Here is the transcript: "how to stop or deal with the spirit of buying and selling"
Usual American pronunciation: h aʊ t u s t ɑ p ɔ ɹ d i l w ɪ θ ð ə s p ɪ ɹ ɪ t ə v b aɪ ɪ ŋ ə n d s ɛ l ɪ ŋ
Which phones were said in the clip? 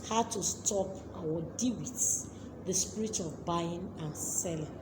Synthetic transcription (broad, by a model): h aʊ t u s t ɑ p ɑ w d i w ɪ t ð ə s p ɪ ɹ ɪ t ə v b aɪ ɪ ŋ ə n s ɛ l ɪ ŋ